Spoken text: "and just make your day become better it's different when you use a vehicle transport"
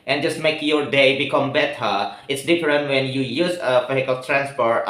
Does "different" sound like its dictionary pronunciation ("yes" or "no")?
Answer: yes